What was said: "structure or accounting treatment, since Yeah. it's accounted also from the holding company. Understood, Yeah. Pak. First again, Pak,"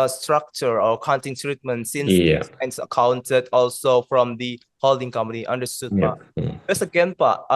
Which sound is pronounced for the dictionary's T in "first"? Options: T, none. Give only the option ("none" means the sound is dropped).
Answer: none